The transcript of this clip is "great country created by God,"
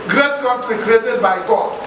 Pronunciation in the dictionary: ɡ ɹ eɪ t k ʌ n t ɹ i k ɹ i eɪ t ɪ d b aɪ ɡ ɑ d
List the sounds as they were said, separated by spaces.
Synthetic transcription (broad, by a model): ɡ ɹ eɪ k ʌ t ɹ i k ɹ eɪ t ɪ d b aɪ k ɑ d